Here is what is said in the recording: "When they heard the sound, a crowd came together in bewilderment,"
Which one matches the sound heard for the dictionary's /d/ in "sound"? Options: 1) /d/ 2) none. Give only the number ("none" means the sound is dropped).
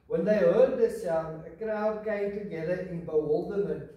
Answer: 2